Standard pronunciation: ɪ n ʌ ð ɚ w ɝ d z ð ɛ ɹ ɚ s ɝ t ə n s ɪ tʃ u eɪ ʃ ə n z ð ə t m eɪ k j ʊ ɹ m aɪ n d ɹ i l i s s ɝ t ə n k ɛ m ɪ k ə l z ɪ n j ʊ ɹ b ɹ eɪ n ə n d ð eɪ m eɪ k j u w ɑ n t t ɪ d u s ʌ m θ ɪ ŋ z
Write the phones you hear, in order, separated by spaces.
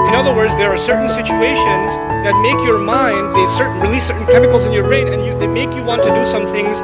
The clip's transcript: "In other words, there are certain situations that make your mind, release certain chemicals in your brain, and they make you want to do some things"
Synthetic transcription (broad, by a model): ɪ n ʌ ð ɚ w ɝ d z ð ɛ ɹ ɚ s ɝ t n s ɪ tʃ u eɪ ʃ ə n z ð ə t m eɪ k j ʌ ɹ m aɪ n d ɹ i l i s s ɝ t n k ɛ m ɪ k l z ɪ n j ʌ ɹ ɹ eɪ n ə n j ð eɪ m eɪ k j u w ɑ n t t ɪ d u s ʌ m θ ɪ ŋ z